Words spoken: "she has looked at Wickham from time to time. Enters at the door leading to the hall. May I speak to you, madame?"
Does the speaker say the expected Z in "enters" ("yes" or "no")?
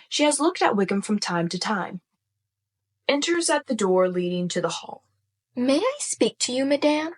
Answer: yes